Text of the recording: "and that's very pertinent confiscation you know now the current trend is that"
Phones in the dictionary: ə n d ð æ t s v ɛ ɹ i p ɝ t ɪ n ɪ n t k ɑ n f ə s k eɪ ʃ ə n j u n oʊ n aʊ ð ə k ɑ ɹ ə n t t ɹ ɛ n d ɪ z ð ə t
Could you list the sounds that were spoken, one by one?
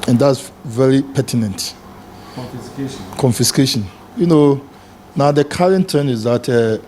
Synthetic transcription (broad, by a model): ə n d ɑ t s v ɛ ɹ i p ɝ t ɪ n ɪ n t k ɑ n f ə s k eɪ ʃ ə n j u n oʊ n aʊ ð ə k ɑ ɹ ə n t t ɛ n ɪ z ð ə t